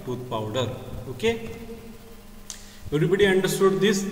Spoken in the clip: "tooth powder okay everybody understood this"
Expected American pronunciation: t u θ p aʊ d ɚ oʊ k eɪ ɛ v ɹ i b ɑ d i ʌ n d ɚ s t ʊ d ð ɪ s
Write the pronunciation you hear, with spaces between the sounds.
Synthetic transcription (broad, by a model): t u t p aʊ d ɚ oʊ k eɪ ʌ ɹ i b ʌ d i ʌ n d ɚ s t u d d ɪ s